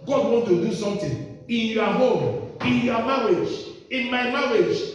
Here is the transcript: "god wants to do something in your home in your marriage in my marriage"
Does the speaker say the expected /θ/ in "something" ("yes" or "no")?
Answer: no